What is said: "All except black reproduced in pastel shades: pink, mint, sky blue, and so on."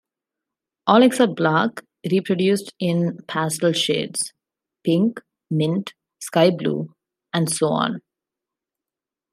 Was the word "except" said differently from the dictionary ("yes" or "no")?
yes